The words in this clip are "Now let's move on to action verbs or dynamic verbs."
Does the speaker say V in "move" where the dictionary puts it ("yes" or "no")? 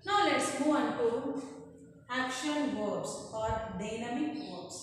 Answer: no